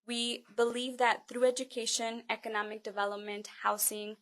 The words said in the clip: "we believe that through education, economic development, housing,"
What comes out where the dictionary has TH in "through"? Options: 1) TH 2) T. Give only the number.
1